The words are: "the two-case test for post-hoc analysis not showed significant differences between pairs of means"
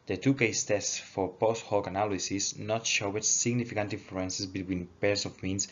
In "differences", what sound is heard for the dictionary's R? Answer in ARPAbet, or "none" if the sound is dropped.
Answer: L